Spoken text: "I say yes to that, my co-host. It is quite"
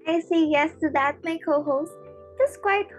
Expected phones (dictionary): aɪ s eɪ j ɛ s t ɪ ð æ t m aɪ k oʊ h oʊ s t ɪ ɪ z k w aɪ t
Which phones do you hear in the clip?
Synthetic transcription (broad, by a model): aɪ s eɪ j ɛ s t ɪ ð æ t m aɪ k oʊ h oʊ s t ɪ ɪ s k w aɪ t